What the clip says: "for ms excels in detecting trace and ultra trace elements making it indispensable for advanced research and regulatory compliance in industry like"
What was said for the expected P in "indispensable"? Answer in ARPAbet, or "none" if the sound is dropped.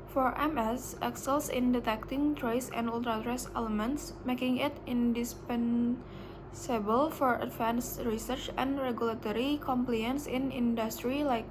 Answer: P